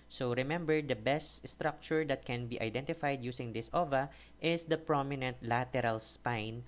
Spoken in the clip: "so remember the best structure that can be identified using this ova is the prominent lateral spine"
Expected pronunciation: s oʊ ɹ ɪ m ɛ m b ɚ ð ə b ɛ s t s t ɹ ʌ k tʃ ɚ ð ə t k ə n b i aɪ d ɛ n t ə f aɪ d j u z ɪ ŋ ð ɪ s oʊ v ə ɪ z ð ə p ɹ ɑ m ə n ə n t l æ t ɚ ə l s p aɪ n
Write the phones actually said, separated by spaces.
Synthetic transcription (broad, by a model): s oʊ ɹ ɪ m ɛ m b ɚ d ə b ɛ s t s t ɹ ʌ k tʃ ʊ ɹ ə t k ə n b i aɪ d ɛ n t ə f aɪ d j u s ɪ ŋ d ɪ s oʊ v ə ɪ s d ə p ɹ ɑ m ə n ə n t l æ t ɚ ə l s p aɪ n